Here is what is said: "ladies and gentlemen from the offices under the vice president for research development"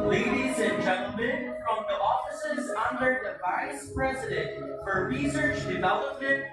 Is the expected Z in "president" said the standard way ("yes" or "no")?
yes